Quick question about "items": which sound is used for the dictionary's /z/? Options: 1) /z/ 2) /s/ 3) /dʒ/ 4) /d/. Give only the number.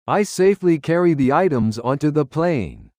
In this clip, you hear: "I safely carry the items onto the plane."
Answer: 1